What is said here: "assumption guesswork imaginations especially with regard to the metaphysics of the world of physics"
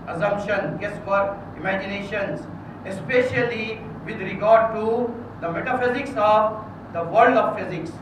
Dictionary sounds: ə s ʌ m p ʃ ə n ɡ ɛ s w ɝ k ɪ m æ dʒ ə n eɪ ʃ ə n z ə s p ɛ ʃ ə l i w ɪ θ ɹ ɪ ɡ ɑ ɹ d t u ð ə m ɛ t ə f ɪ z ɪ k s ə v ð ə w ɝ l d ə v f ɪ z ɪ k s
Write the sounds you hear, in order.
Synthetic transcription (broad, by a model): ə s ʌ m p ʃ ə n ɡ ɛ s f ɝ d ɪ m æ dʒ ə n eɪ ʃ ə n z ə s p ɛ ʃ ə l i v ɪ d ɹ ɪ ɡ ɑ ɹ d t u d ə m ɛ t ə f ɪ z ɪ k s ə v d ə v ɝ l d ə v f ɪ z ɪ k s